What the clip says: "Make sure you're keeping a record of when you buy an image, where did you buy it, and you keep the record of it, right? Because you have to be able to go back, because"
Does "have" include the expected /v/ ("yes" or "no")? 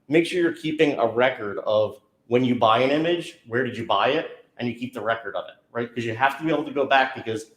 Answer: no